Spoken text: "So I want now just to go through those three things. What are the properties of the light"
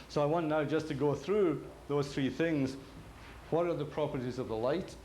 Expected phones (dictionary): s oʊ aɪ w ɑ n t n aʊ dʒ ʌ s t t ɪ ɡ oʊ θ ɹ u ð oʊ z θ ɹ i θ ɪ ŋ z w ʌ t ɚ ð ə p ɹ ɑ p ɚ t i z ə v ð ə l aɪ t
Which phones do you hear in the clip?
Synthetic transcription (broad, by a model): s oʊ aɪ w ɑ n n aʊ dʒ ʌ s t t ɪ ɡ oʊ θ ɹ u ð oʊ z θ ɹ i θ ɪ ŋ z w ʌ t ɚ ð ə p ɹ ɑ p ɚ t i z ə v ð ə l aɪ t